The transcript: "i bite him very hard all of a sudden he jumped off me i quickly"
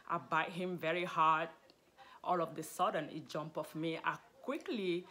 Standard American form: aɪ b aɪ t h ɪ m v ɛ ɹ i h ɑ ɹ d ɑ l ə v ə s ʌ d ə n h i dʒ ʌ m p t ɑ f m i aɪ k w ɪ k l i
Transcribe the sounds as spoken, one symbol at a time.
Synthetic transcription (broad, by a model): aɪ b aɪ t h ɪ m v ɛ ɹ i h ɑ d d ɑ l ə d ə s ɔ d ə n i dʒ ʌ m p ɑ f m i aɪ k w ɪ k l i